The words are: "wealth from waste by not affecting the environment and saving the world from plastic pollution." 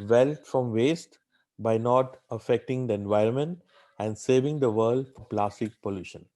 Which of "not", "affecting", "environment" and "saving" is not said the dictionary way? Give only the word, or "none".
none